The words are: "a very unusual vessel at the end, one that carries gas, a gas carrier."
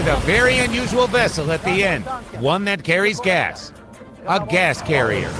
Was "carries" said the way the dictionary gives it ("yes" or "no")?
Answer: yes